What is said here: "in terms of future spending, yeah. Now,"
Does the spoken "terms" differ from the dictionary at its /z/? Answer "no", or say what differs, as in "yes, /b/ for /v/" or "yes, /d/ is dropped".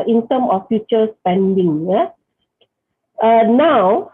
yes, /z/ is dropped